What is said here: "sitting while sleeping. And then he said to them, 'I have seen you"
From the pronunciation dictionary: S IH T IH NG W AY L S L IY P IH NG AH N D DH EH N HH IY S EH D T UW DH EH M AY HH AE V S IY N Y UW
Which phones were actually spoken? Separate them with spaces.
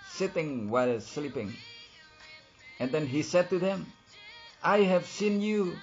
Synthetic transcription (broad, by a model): S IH T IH NG W AY L S L IY P IH NG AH N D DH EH N HH IY S EH D T UW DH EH M AY HH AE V S IY N Y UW